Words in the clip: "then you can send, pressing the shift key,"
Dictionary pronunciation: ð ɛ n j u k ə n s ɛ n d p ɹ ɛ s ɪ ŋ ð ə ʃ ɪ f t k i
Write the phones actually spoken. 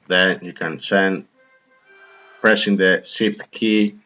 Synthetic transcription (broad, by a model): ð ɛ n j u k ə n s ɛ n d p ɹ ɛ s ɪ ŋ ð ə s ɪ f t k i